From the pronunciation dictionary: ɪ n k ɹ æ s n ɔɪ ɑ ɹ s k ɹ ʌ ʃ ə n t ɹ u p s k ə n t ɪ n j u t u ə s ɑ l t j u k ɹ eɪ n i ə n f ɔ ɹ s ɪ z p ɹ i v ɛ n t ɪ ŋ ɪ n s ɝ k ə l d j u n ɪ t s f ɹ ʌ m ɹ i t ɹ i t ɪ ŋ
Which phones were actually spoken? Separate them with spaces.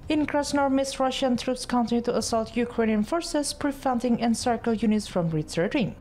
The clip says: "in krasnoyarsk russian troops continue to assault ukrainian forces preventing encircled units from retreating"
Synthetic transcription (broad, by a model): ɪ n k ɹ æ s n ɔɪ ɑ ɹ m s ɹ ʌ ʃ ə n t ɹ u p s k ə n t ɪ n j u t u ə s ɑ l t j u k ɹ eɪ n i ə n f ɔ ɹ s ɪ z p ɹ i f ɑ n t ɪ ŋ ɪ n s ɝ k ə l j u n ɪ t s f ɹ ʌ m ɹ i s ɹ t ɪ ŋ